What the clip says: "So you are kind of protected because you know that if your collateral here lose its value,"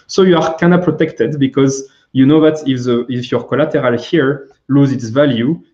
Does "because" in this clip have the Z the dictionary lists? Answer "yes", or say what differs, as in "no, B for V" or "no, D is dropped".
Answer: yes